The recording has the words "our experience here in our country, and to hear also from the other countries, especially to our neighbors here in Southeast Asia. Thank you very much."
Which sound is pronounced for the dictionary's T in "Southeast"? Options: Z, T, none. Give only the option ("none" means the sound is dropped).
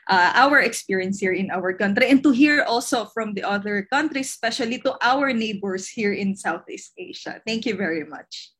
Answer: T